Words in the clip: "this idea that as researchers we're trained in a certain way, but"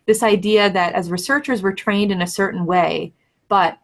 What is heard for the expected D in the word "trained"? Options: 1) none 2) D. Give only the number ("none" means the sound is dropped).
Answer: 2